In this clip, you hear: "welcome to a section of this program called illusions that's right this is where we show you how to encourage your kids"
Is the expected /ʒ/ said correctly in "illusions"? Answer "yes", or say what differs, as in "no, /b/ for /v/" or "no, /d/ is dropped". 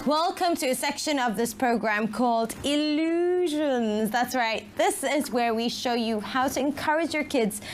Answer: yes